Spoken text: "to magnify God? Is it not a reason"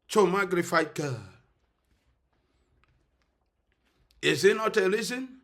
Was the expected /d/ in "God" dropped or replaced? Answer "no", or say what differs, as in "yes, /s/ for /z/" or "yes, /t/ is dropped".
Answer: yes, /d/ is dropped